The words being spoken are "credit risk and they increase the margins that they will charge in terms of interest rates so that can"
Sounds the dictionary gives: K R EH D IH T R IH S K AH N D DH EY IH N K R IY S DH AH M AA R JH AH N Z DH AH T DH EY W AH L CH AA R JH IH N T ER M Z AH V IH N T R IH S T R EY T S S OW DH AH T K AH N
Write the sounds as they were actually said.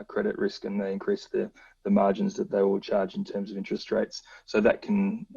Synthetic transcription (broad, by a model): K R EH D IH T R IH S K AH N DH EY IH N K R IY S DH AH M AA R JH AH N Z DH AH T DH EY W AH L CH AA R JH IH N T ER M Z AH V IH N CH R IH S T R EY T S S OW DH AH T K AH N